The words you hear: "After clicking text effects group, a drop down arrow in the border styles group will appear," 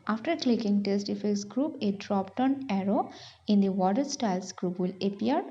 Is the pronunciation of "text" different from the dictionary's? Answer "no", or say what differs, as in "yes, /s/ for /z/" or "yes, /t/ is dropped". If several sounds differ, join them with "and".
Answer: yes, /k/ is dropped